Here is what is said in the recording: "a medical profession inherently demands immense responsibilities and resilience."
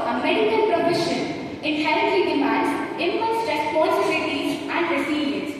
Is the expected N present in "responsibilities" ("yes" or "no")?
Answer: no